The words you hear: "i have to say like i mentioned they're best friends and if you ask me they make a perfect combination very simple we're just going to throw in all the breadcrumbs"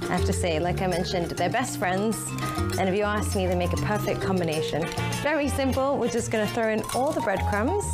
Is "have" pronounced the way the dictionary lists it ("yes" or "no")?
no